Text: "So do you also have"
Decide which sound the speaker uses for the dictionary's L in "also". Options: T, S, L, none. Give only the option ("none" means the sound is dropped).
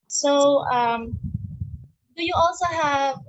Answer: L